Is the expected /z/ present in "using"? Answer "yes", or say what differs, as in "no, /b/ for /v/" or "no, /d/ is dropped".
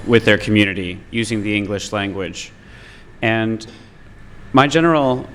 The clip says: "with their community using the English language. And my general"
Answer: yes